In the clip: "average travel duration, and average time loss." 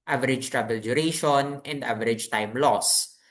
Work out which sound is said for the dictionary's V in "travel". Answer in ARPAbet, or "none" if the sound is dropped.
B